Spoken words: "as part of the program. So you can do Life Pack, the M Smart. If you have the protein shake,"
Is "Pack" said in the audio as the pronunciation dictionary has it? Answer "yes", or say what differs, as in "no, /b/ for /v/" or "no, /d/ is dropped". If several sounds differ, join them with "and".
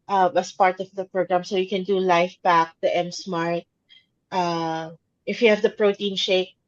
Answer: no, /b/ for /p/